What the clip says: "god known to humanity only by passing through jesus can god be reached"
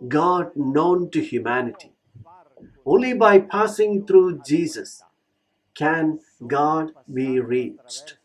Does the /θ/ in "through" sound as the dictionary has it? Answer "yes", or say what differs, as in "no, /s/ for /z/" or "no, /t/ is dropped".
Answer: no, /t/ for /θ/